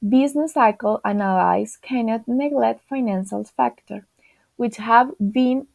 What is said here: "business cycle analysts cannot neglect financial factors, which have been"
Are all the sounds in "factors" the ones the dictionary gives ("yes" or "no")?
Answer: no